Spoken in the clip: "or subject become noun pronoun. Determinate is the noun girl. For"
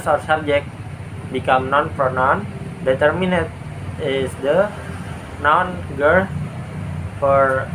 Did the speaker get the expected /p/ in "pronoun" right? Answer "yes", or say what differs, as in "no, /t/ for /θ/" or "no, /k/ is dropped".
no, /f/ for /p/